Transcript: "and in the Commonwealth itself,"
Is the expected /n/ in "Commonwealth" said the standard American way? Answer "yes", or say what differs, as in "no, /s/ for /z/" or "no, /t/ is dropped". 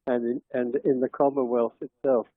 no, /n/ is dropped